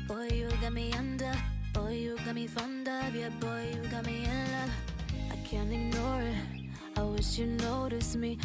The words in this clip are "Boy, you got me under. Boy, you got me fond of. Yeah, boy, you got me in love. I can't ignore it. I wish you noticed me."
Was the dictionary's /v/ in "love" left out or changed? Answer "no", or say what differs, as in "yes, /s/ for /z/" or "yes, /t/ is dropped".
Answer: yes, /v/ is dropped